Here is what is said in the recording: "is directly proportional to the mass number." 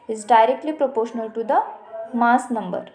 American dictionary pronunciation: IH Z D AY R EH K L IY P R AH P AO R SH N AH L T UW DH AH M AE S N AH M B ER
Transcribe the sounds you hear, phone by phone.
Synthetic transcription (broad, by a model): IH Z D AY R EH K L IY P R AH P AO R SH N AH L T UW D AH M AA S N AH M B ER